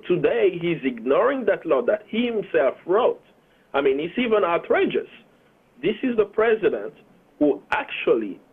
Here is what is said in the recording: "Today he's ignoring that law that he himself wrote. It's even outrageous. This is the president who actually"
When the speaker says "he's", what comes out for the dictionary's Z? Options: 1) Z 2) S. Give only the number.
1